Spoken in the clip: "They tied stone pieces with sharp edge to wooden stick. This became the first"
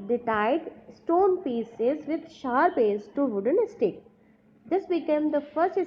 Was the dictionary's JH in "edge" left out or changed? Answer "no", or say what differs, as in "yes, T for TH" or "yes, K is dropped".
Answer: yes, Z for JH